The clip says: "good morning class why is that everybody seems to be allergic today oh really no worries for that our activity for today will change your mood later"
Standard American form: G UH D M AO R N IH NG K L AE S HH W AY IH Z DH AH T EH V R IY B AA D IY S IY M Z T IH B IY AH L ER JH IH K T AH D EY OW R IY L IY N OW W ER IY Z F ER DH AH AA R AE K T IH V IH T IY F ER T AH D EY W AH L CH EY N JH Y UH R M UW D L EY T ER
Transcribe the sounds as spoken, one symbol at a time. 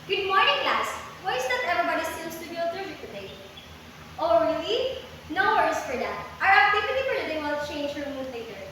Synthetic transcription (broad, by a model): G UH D M AO R N IH NG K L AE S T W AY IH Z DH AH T EH V R IY B AA D IY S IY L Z T IH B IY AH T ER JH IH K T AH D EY OW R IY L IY N OW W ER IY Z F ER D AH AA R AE T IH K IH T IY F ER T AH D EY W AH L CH EY N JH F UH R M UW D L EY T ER